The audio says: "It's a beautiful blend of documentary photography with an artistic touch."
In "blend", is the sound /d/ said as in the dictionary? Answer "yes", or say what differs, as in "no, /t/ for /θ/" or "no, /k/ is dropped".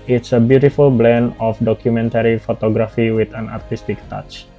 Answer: no, /d/ is dropped